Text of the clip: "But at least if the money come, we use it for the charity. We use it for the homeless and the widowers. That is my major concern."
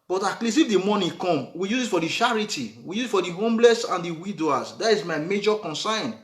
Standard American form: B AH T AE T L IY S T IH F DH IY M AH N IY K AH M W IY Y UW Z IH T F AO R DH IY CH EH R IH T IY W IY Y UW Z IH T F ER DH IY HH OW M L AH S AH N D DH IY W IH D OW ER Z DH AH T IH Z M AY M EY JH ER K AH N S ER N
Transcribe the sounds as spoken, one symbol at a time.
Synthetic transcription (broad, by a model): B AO T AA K L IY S IH F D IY M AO N IY K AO M W IY Y UW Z IH T F AO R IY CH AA R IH T IY W IY Y UW Z IH T F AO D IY HH OW M L AH S AH N D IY W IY D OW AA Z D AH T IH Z M AY M EY JH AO K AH N S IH N